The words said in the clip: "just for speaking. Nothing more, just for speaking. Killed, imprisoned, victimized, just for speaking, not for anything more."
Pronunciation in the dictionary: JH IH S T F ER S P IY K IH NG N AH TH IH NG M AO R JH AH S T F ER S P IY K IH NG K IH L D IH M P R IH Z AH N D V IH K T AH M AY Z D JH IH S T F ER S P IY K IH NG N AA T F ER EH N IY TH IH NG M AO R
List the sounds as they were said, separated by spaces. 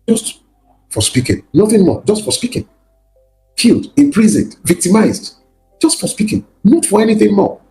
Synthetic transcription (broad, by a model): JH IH S T F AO S P IY K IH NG N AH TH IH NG M AO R JH AH S T F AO S P IY K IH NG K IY L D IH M P R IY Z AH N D V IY K T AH M AY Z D JH IH S T F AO S P IY K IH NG N AA T F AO EH N IY TH IH NG M AO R